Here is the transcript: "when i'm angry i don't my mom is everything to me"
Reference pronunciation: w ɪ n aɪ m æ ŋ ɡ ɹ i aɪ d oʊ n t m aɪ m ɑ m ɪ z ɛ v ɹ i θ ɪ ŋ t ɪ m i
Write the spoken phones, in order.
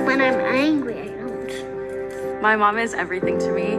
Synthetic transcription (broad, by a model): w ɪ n aɪ m æ ŋ ɡ ɹ i aɪ d oʊ n t m aɪ m ɑ m ɪ z ɛ v ɹ i θ ɪ ŋ t ɪ m i